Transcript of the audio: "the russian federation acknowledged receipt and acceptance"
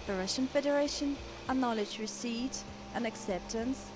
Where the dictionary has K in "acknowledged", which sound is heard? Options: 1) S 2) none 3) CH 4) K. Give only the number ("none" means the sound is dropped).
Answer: 2